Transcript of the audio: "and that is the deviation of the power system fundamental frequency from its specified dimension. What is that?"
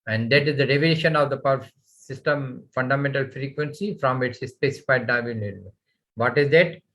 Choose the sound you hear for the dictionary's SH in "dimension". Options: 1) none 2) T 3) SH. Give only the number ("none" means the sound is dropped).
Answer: 1